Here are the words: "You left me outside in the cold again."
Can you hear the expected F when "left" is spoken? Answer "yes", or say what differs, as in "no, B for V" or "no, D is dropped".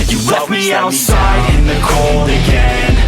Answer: no, F is dropped